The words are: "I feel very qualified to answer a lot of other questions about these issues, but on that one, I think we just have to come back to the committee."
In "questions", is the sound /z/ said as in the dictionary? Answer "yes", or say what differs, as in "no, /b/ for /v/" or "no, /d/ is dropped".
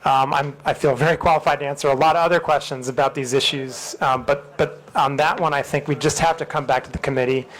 yes